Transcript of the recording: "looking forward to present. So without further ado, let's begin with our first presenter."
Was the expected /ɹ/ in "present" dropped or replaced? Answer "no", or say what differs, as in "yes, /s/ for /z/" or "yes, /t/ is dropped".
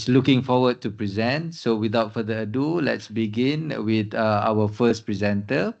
no